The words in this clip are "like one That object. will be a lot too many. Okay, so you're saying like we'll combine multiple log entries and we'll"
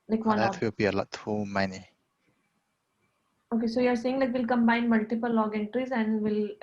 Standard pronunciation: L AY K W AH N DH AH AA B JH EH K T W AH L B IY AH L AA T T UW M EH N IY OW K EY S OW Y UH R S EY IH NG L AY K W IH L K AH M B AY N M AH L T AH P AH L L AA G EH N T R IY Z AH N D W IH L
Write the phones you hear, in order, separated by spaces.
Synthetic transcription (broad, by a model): L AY K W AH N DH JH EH T W AH L B IY AH L AA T T UW M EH N IY OW K EY S OW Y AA R S EY IH NG L AY K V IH L K AH M B AY N M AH L T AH P AH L L AA G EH N T R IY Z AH N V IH L